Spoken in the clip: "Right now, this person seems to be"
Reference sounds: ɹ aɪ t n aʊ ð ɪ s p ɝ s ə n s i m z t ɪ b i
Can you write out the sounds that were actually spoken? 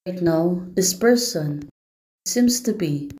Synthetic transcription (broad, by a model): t n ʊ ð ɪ s p ɝ s ə n s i m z t ɪ b i